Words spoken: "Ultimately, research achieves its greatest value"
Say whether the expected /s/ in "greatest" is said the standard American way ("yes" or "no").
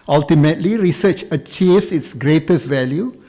yes